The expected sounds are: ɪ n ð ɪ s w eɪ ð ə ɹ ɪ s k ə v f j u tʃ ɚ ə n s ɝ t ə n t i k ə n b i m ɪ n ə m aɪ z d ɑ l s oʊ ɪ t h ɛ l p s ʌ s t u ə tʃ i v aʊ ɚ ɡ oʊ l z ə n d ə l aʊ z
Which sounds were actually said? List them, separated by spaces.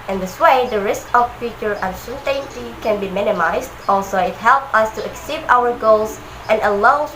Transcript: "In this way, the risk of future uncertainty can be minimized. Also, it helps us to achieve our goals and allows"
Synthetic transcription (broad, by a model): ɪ n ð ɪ s w eɪ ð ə ɹ ɪ s k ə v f j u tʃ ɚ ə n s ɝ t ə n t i k ə n b i m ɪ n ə m aɪ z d ɑ l s oʊ ɪ t h ɛ l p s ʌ s t u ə s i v aʊ ɚ ɡ oʊ l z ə n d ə l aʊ